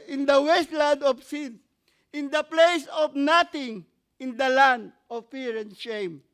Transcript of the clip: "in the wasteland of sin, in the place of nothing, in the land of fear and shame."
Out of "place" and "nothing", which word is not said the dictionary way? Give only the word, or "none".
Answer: nothing